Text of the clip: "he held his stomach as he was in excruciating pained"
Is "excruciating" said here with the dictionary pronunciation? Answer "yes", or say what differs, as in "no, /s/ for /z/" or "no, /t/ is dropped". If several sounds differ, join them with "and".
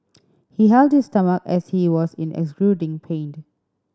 no, /l/ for /ɹ/